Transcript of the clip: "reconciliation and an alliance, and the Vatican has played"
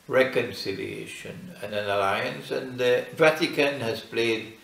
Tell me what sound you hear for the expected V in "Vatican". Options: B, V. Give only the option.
V